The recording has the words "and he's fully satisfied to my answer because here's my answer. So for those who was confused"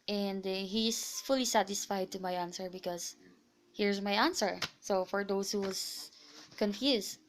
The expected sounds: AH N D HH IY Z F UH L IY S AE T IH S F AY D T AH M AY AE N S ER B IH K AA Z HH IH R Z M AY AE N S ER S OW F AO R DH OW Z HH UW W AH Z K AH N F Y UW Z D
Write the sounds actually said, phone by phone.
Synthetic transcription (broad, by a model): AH N D HH IY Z F UH L IY S AE T IH S F AY D T AH M AY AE N S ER B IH K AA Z HH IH R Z M AY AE N S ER S OW F AO R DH OW S HH UW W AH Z K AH N F Y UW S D